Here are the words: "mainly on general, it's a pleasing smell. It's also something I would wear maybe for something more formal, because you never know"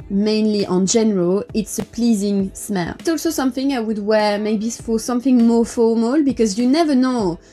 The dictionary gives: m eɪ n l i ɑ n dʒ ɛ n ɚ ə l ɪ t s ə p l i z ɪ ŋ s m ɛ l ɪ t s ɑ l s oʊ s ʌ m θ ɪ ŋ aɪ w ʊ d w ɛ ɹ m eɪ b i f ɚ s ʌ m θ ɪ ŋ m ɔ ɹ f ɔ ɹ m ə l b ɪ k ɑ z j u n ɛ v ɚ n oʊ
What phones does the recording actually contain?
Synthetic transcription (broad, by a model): m eɪ n l i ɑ n dʒ ɛ n ɚ ə l ɪ t s ə p l i z ɪ ŋ s m ɛ l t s ɑ l s oʊ s ʌ m θ ɪ ŋ aɪ w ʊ d w ɛ ɹ m eɪ b i f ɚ s ʌ m θ ɪ ŋ m ɔ ɹ f ɔ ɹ m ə l b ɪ k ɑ z j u n ɛ v ɚ n oʊ